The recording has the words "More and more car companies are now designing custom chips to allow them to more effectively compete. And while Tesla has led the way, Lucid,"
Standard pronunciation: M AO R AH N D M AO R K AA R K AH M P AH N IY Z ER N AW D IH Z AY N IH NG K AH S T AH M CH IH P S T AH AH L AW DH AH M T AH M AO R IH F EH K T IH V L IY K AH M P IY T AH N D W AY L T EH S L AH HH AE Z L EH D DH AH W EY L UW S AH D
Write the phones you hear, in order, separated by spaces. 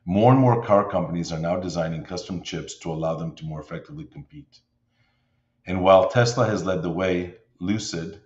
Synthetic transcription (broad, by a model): M AO R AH N M AO R K AA R K AH M P AH N IY Z ER N AW D IH Z AY N IH NG K AH S T AH M CH IH P S T AH AH L AW DH AH M T AH M AO R IH F EH K T IH V L IY K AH M P IY T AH N W AY L T EH S L AH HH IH Z L EH D DH AH W EY L UW S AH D